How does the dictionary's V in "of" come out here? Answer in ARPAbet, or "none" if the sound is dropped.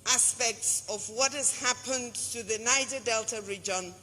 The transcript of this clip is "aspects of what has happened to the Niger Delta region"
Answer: V